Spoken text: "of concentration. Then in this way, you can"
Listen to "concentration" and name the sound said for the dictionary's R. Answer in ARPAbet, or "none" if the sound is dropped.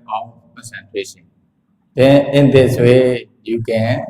W